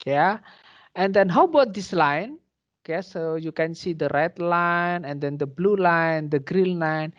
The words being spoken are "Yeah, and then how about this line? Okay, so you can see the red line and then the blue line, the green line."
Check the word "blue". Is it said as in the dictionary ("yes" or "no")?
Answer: yes